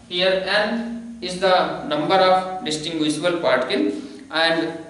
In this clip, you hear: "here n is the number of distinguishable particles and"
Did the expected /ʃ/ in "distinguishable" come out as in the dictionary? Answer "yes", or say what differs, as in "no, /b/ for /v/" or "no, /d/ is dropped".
no, /s/ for /ʃ/